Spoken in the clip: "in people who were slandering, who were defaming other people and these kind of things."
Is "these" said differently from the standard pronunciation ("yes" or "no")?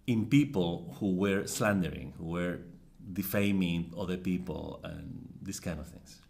yes